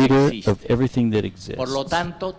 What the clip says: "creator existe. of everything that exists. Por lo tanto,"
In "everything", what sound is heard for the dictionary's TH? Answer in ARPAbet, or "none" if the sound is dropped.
TH